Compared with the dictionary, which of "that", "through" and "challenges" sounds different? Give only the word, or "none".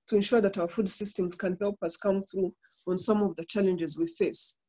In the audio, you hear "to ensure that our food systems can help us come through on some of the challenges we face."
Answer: none